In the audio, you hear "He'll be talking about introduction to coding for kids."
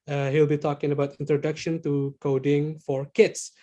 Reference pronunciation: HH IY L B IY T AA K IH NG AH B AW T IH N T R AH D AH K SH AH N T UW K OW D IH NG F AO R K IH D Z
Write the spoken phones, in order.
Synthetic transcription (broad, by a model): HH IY L B IY T AA K IH NG AH B AW T IH N T R AH D AH K SH AH N T UW K OW D IH NG F AO R K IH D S